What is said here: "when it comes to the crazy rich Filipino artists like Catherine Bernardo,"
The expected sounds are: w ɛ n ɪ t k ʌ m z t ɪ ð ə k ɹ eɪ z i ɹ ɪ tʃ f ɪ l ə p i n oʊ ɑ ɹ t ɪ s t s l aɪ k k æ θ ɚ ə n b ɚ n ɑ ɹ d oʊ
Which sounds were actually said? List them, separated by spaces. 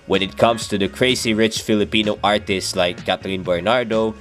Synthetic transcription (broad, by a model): w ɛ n ɪ t k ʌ m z t ɪ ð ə k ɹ eɪ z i ɹ ɪ tʃ f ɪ l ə p i n oʊ ɑ ɹ t ɪ s t s l aɪ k k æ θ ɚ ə n b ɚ n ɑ ɹ d oʊ